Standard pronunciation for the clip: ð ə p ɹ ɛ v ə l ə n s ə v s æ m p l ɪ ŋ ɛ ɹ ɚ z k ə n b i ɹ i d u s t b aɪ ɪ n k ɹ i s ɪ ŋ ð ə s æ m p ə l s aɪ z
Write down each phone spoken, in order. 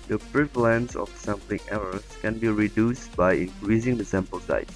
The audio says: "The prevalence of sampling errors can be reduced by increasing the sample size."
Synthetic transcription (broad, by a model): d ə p ɹ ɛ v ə l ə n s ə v s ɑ m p ɪ ŋ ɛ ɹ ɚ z k ə n b i ɹ i d u s t b aɪ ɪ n k ɹ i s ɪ ŋ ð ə s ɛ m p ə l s aɪ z